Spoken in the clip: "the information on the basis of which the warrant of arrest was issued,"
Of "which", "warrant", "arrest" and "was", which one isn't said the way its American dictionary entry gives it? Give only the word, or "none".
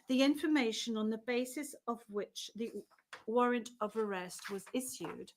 none